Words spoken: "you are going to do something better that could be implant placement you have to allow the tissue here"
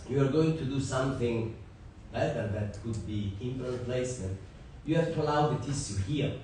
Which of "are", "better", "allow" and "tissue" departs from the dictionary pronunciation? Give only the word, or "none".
tissue